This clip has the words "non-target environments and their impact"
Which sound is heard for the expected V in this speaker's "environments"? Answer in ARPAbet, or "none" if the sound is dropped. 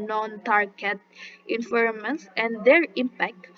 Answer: F